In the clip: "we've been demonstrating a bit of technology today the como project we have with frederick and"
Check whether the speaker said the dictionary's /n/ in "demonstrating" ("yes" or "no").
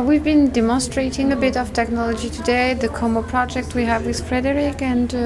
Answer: yes